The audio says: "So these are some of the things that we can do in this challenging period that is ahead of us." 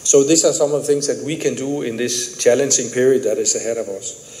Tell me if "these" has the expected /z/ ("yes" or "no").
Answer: no